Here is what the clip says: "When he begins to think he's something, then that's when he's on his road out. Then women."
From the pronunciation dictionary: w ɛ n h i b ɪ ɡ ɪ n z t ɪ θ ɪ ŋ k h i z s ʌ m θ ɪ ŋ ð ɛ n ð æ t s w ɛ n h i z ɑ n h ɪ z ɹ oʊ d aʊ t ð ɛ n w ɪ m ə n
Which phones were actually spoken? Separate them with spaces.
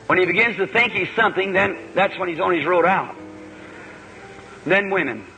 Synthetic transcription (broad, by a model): w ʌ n i b ɪ ɡ ɪ n z t ɪ θ ɪ ŋ k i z s ʌ m θ ɪ ŋ ð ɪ n ð æ t s w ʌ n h i z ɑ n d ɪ z ɹ oʊ d aʊ t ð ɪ n w ɪ m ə n